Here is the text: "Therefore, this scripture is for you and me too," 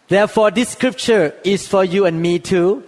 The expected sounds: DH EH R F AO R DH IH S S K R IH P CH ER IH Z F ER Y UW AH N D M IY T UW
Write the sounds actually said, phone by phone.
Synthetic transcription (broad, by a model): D EH F AO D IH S S K R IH P CH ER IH S F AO Y UW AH N M IY T UW